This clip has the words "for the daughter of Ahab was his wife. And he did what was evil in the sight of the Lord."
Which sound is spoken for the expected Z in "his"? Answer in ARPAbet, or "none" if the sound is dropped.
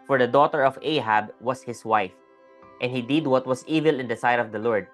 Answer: S